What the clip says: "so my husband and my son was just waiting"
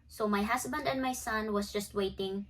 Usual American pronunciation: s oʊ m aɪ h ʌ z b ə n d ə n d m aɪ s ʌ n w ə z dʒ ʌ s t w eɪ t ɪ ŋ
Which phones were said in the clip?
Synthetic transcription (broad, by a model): s oʊ m aɪ h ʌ s b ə n d ə n d m aɪ s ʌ n w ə s dʒ ʌ s t w eɪ t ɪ ŋ